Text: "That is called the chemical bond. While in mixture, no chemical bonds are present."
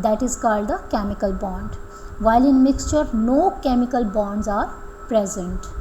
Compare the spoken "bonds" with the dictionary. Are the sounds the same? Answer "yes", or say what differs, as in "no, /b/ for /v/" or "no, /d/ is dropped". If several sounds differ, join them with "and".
yes